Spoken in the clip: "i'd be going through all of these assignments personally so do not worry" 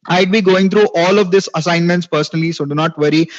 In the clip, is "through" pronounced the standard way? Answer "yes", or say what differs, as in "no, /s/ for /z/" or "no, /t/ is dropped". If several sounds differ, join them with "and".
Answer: no, /t/ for /θ/